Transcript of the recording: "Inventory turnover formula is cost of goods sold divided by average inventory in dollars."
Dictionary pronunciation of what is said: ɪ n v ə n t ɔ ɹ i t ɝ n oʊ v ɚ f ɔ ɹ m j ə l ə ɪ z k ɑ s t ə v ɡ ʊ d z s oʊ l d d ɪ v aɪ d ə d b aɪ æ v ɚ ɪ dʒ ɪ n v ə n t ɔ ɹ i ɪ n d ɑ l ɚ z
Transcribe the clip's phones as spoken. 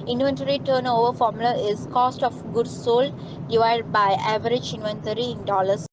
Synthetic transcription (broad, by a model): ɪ n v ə n t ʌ ɹ i t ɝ n oʊ v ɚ f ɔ ɹ m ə l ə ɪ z k ɑ s t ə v ɡ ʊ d s oʊ l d d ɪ v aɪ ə d b aɪ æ v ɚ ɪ dʒ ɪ n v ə n t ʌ ɹ i ɪ n d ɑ l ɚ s